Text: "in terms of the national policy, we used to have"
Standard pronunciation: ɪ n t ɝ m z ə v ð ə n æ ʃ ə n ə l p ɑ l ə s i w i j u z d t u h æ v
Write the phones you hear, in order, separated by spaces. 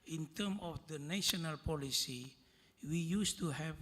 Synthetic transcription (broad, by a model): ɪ n t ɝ m ə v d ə n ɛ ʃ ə n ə l p ɑ l ə s i w i j u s t u h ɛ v